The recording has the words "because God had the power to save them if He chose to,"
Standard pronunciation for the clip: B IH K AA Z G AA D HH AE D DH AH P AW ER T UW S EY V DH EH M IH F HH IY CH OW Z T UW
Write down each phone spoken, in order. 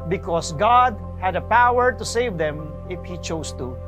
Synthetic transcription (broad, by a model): B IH K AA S G AA D HH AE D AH P AW ER T UW S EY V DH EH M IH F HH IY CH OW S T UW